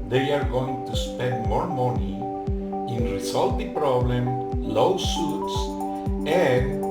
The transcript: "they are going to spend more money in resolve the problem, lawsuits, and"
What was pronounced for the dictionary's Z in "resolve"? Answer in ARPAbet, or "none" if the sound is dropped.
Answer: S